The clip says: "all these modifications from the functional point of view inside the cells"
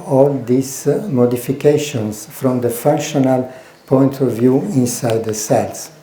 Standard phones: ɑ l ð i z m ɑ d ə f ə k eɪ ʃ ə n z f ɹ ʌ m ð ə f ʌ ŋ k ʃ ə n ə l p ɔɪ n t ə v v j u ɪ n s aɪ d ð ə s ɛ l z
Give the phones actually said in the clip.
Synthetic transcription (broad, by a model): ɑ l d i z m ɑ d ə f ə k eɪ ʃ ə n s f ɹ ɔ m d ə f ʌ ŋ k ʃ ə n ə l p ɔɪ n t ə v v j u ɪ n s aɪ d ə s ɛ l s